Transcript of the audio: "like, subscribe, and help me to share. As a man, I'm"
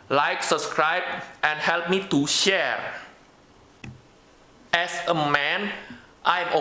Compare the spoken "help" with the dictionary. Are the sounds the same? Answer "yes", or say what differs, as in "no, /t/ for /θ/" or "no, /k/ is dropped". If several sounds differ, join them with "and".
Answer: yes